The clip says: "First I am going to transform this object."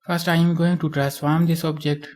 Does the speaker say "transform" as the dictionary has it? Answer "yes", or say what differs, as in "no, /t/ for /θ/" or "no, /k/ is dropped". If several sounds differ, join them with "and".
no, /n/ is dropped